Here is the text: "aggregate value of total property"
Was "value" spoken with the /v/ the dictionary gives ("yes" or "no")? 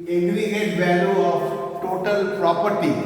no